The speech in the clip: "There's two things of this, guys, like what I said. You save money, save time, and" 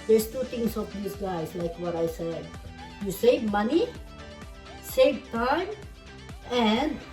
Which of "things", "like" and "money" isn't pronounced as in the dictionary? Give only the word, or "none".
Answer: things